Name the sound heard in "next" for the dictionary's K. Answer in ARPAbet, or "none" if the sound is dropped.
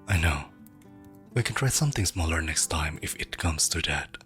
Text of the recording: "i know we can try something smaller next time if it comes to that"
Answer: K